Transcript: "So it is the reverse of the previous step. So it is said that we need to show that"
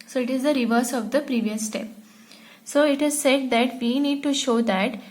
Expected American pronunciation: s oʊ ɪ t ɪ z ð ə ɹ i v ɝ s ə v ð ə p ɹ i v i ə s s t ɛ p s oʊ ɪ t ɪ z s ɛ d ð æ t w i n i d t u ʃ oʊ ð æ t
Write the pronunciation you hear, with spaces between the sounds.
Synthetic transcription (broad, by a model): s oʊ ɪ t ɪ z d ə ɹ i v ɝ s ə v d ə p ɹ i v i ə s s t ɛ p s oʊ ɪ t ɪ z s ɛ d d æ t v i n i d t u ʃ oʊ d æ t